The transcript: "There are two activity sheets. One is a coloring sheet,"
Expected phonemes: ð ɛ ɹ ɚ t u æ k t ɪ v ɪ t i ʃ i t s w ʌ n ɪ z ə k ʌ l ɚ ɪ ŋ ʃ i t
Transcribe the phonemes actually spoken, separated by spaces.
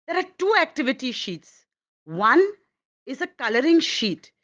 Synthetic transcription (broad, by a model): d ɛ ɹ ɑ t u æ k t ɪ v ɪ t i ʃ i t s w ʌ n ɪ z ə k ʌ l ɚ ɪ ŋ ʃ i t